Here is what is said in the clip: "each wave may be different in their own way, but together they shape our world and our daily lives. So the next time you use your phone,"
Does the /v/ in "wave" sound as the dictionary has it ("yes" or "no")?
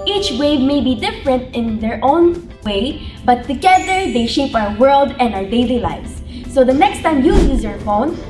yes